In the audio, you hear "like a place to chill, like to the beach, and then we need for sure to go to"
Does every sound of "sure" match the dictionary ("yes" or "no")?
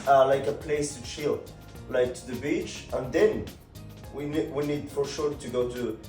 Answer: yes